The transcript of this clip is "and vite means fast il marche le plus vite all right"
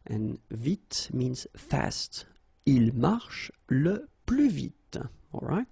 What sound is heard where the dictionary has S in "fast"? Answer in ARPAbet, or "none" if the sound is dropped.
S